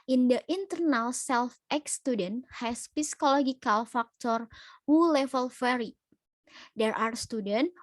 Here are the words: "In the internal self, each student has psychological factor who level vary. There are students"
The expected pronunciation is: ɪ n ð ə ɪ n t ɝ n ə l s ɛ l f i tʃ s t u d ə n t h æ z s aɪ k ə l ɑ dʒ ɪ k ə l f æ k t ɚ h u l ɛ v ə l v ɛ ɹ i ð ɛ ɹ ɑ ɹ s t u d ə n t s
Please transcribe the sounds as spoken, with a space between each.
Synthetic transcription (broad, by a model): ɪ n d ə ɪ n t ɝ n ə l s ɛ l f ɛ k s t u d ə n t h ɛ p s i k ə l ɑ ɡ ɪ k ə l f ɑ k t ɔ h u l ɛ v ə l f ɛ ɹ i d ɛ ɹ ɑ ɹ s t u d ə n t